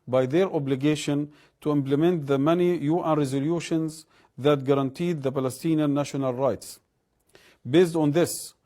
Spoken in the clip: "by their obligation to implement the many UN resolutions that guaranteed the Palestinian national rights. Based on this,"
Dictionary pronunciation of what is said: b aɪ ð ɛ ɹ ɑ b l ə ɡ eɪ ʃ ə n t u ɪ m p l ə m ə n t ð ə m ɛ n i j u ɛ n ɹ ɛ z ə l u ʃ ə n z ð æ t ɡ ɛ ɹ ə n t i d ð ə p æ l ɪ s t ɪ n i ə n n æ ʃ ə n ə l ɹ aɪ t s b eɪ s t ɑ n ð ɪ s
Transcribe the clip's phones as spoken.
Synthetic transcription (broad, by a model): b aɪ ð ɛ ɹ ɑ b l ə ɡ eɪ ʃ ə n t u ɪ m p l ə m ə n t ð ə m ɛ n i j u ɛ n ɹ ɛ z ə l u ʃ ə n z ð æ t ɡ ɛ ɹ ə n t i d ð ə p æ l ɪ s t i n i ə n n æ ʃ ə n ə l ɹ aɪ t s b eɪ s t ɑ n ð ɪ s